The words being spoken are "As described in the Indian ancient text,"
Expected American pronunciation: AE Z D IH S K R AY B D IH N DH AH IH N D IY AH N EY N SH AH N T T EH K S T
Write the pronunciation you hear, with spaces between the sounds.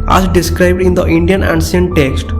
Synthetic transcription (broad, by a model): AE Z D IH S K R AY B D IH N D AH IH N D IY AH N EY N S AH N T T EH K S T